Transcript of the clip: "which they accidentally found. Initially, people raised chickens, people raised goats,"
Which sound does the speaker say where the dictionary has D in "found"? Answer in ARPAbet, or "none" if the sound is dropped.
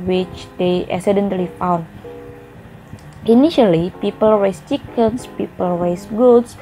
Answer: none